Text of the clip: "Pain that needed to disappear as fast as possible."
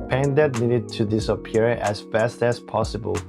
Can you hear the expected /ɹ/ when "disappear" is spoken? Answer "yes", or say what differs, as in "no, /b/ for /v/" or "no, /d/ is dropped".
yes